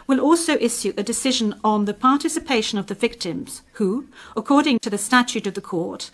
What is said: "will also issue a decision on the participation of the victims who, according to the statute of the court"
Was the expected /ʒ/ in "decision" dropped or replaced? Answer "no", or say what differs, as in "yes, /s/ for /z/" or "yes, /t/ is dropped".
no